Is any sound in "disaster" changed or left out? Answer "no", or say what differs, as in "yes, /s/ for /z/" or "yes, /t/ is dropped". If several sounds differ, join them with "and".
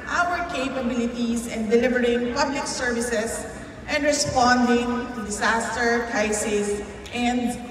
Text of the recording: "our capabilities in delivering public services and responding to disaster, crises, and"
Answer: yes, /s/ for /z/